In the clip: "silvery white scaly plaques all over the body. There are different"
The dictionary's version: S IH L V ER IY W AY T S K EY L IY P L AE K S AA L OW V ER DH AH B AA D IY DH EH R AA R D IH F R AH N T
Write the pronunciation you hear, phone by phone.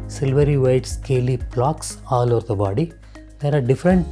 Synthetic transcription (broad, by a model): S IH L V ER IY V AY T S K EY L IY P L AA K S AA L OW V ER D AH B AA D IY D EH R AA R D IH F R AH N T